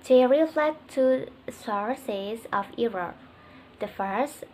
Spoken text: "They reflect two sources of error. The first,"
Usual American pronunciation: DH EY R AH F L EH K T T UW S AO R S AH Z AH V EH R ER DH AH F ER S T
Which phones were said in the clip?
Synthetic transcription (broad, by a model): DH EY R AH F L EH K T T UW S AO R S AH Z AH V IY R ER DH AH F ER S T